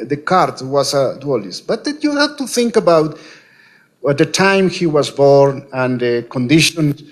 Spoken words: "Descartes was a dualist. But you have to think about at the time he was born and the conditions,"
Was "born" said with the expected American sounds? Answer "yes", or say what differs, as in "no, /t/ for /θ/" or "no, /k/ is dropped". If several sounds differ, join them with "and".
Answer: yes